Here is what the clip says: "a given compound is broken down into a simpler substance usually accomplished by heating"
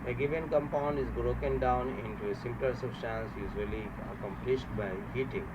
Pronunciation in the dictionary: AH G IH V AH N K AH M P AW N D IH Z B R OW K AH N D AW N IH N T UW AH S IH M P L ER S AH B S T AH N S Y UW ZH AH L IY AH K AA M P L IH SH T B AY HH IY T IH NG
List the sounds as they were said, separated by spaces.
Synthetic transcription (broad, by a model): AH G IH V AH N K AH M P AW N D IH Z B R OW K AH N D AW N IH N T UW AH S IH M P L ER S AH B S T AH N S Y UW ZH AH L IY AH K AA M P L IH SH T B AY HH IY T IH NG